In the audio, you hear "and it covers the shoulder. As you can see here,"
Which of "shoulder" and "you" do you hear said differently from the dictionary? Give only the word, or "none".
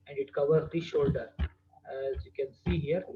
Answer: none